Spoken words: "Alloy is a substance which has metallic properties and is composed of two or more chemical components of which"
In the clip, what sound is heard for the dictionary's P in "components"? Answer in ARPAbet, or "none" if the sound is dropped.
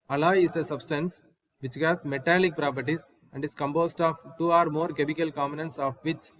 none